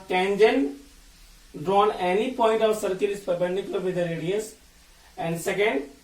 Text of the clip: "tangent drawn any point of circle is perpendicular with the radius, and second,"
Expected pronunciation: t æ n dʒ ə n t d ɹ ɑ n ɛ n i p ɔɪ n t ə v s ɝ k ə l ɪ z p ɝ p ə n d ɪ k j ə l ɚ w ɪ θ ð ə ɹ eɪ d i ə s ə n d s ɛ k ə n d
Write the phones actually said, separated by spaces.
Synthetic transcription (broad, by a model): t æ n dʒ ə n d ɹ ɑ n ɛ n i p ɔɪ n t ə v s ɝ k ə l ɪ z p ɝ b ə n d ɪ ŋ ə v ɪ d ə ɹ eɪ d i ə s ə n d s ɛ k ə n d